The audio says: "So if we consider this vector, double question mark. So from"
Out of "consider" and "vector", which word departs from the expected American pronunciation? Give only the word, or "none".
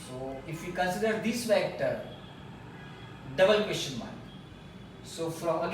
vector